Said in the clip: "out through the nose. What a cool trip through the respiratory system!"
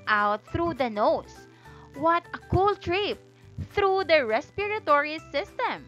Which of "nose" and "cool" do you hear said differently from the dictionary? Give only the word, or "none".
nose